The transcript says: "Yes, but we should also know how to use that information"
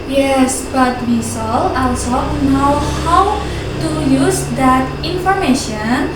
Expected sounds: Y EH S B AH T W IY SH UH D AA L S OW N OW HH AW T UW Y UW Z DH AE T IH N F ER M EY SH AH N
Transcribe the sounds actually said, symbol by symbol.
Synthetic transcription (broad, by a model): Y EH S B AH T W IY S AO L AA L S OW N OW HH AW T UW Y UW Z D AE T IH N F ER M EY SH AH N